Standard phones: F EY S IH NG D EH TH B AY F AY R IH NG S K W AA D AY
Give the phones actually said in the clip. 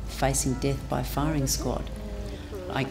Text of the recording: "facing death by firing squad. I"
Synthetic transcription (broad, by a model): F EY S IH NG D EH TH B AY F AY R IH NG S K W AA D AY